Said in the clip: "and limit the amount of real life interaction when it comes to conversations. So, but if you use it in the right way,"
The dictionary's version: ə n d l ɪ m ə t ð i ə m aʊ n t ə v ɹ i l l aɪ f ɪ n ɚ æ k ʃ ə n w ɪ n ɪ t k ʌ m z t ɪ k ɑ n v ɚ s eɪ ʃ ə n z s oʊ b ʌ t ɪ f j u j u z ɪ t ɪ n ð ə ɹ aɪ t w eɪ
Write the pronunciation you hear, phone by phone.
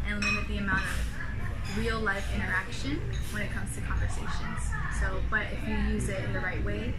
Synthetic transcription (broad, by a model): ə n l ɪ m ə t ð i ə m aʊ n t ə v ɹ i l l aɪ f ɪ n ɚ æ k ʃ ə n w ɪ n ɪ t k ʌ m z t ɪ k ɑ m v ɚ s eɪ ʃ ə n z s oʊ b ʌ t ɪ f j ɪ j u z ɪ t ɪ n ð ə ɹ aɪ t w eɪ